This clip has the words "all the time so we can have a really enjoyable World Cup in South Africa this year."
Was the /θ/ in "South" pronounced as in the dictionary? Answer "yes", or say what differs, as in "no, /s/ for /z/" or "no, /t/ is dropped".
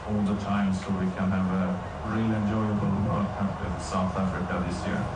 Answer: yes